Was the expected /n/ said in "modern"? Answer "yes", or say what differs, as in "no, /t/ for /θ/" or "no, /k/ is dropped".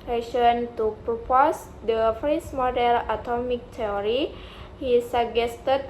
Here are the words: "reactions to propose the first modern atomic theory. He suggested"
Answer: no, /l/ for /n/